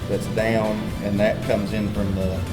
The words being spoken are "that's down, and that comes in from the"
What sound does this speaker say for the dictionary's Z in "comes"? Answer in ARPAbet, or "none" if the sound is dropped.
Z